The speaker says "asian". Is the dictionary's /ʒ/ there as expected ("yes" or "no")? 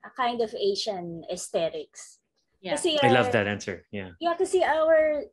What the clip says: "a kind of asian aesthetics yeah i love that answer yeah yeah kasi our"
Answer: no